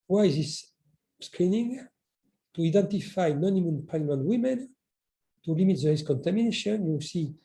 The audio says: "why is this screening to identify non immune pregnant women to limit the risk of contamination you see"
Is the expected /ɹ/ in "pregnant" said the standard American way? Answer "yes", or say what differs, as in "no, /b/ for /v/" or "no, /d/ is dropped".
no, /l/ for /ɹ/